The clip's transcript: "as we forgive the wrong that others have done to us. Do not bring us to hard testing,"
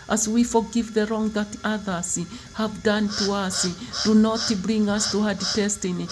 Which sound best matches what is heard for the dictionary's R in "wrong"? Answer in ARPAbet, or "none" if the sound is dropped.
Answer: R